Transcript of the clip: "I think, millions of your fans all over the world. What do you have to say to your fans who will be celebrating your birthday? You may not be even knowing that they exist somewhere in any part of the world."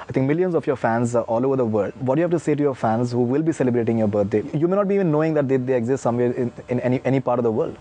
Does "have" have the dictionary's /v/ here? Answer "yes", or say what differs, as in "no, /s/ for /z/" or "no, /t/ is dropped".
no, /f/ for /v/